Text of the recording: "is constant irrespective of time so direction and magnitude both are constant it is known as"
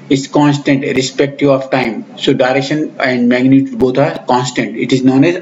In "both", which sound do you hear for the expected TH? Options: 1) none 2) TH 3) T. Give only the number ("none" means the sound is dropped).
3